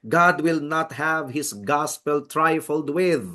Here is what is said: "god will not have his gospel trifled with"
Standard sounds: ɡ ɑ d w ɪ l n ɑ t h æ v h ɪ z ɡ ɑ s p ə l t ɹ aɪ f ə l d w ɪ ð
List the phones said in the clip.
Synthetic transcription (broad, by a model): ɡ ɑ d w ɪ l n ɑ t h æ v h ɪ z ɡ ɑ s p ə l t ɹ aɪ f ə l d w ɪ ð